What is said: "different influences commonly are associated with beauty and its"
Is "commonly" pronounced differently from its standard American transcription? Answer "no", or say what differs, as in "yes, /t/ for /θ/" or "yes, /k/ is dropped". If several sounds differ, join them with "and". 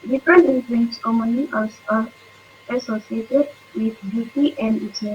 yes, /l/ is dropped